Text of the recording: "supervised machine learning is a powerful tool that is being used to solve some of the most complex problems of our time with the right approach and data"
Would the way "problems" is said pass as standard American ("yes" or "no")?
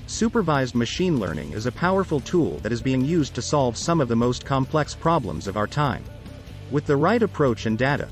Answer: yes